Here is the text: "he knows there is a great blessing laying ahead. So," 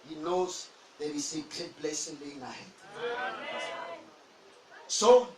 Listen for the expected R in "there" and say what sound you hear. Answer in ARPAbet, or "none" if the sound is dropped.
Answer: W